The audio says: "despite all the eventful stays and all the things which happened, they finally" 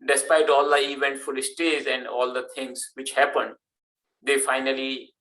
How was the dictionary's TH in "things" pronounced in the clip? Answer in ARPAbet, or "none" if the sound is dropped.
T